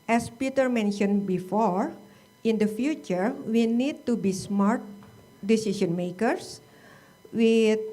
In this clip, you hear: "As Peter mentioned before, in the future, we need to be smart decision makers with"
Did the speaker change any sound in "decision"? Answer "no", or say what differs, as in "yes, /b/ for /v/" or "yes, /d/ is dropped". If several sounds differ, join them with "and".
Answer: yes, /s/ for /ʒ/